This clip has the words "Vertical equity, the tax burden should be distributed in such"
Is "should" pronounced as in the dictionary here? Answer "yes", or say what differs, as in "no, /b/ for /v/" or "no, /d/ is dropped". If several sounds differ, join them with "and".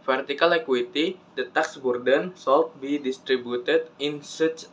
no, /s/ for /ʃ/